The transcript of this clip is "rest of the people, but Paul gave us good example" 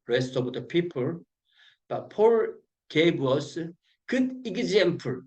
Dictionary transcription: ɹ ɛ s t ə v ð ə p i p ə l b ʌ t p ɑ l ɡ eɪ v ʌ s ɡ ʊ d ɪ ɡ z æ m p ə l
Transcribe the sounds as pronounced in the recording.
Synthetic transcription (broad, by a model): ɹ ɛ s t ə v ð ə p i p ə l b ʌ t p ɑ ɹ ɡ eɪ w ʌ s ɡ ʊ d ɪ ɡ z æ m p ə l